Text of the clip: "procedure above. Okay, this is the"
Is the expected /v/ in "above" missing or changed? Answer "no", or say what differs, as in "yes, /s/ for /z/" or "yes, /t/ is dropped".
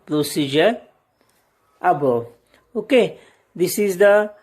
yes, /v/ is dropped